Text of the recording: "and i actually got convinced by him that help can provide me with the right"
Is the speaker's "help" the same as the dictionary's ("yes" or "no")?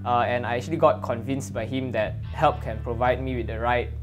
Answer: yes